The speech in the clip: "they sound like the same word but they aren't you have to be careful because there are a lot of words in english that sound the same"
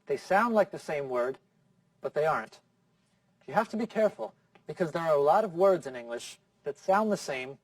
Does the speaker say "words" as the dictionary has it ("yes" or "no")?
yes